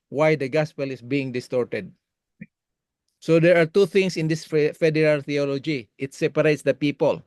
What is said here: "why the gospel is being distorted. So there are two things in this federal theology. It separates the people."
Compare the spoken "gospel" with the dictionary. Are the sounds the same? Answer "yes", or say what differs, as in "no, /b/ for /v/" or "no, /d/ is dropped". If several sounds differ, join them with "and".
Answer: yes